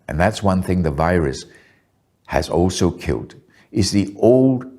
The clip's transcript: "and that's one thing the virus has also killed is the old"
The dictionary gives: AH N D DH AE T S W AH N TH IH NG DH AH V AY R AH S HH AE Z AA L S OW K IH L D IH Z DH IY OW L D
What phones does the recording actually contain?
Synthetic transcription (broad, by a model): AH N DH AE T S W AH N TH IH NG DH AH V AY R AH S HH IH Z AA L S OW K IH L D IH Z DH IY OW L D